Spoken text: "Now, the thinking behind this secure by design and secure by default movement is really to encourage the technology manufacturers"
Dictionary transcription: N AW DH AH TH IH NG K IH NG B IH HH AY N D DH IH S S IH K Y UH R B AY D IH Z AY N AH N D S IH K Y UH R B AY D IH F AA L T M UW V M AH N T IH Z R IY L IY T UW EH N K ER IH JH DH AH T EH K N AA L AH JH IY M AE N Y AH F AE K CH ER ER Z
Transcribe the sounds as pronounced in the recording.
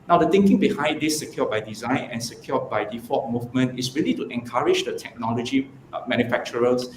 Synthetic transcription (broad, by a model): N AW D AH T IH NG K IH NG B IH HH AY N D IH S S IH K Y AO B AY D IH Z AY N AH N S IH K Y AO B AY D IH F AA T M UW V M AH N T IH S R IY L IY T UW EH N K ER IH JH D AH T EH K N AA L AH JH IY M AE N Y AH F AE K CH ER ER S